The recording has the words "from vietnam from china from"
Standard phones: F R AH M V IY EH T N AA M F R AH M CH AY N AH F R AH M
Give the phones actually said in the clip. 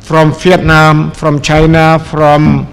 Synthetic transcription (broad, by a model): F R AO M F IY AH T N AA M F R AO M CH AY N AH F R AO M